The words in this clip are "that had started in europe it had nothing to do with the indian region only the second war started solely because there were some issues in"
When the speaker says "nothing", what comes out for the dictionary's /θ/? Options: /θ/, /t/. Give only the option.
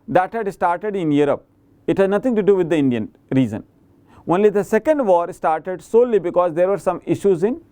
/t/